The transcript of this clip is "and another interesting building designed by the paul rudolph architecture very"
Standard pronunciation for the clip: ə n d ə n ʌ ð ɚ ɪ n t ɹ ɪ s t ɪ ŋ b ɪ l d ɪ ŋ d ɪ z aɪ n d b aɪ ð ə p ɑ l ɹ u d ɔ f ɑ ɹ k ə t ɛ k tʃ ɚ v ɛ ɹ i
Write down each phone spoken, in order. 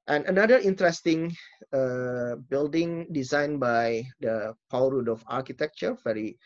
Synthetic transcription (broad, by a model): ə n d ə n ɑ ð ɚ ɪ n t ɹ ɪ s t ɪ ŋ b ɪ l d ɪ ŋ d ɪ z aɪ n b aɪ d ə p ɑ w ɹ u d ɔ f ɑ ɹ k ə t ɛ k tʃ ɚ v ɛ ɹ i